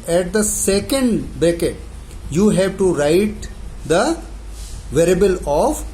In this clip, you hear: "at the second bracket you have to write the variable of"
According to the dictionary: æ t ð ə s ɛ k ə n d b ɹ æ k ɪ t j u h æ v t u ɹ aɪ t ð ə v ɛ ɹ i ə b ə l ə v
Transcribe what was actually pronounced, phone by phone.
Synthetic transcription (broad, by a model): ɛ t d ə s ɛ k ə n d b ɛ k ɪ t j u h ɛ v t u ɹ aɪ t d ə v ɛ ɹ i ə b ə l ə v